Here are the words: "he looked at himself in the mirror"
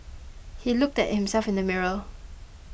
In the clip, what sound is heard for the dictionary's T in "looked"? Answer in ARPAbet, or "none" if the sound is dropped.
T